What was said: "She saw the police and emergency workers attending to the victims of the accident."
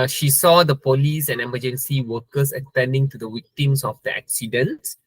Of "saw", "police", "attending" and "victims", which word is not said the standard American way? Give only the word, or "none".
victims